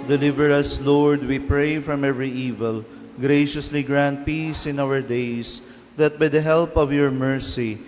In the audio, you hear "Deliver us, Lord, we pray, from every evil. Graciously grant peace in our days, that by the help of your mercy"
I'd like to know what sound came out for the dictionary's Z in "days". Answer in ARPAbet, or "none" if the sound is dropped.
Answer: S